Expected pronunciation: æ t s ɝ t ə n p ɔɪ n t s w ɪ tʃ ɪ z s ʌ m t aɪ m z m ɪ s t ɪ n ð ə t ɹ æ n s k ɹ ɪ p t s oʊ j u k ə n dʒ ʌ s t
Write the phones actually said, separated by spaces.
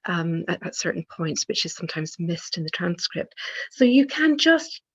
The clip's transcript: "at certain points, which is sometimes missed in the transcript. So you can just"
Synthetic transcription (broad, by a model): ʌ t s ɝ t n p ɔɪ n t s w ɪ tʃ ɪ z s ʌ m t aɪ m z m ɪ s t ɪ n ð ə t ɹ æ n s k ɹ ɪ p t s oʊ j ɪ k ə n dʒ ʌ s t